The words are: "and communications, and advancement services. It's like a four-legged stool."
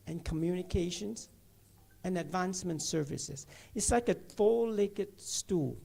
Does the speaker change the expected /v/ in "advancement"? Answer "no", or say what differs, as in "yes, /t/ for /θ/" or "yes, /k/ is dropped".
no